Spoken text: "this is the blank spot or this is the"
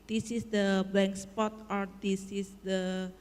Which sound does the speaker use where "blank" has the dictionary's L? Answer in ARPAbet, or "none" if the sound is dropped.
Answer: none